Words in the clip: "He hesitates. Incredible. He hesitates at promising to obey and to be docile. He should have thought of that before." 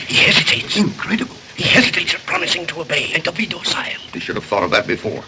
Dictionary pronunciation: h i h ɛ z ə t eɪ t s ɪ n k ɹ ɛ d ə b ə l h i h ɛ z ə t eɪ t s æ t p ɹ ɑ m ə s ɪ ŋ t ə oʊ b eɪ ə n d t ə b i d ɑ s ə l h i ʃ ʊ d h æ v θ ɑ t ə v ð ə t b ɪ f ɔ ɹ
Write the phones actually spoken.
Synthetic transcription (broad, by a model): h i h ɛ z ə t eɪ t s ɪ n k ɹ ɛ d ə b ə l h i h ɛ z ə t eɪ t s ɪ p ɹ ɑ m ə s ɪ ŋ t ə oʊ b eɪ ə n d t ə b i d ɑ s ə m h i ʃ ʊ d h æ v θ ɑ t ə v ð ə t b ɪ f ɔ ɹ